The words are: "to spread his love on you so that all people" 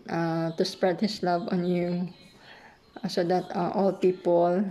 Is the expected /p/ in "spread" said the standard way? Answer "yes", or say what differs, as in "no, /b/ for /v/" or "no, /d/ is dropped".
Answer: yes